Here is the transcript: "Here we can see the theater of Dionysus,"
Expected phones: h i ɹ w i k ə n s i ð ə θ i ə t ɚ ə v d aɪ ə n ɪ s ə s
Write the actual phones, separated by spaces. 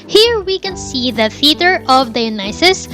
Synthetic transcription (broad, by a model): h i ɹ w i k ə n s i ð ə f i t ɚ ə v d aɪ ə n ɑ s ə s